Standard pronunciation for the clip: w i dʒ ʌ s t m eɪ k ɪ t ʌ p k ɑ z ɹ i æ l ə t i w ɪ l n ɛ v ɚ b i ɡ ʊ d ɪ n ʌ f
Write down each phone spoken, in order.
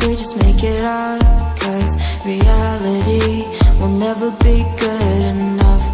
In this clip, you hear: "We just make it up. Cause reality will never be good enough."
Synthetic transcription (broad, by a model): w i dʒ ʌ s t m eɪ k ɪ t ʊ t k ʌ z ɹ i æ l ə t i w ɪ l n ɛ v ɚ b i ɡ ʊ d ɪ n ʌ f